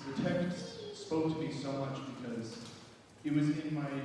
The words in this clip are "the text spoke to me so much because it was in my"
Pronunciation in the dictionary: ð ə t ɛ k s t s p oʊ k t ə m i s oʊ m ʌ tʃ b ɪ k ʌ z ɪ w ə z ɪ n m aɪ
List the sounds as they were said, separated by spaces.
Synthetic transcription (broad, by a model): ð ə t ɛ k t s s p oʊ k t ə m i s oʊ m ʌ tʃ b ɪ k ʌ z ɪ w ə z ɪ n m aɪ